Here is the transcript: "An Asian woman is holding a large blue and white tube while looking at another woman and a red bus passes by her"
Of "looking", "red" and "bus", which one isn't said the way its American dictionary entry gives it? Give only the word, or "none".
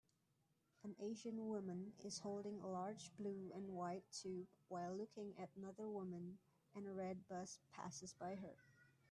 none